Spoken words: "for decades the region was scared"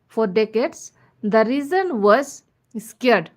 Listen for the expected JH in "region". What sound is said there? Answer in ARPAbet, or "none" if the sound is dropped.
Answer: Z